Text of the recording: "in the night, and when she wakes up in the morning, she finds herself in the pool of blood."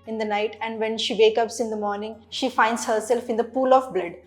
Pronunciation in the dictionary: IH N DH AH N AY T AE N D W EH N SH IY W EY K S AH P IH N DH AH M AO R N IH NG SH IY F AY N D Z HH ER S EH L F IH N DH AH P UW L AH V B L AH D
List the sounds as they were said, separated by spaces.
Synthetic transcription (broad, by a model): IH N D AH N AY T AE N D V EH N SH IY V EY K AH P IH N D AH M AO R N IH NG SH IY F AY N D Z HH ER S EH L F IH N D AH P UW L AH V B L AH D